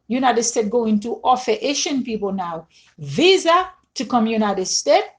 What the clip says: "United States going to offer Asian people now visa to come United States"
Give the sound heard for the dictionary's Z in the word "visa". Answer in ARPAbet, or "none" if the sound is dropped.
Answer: Z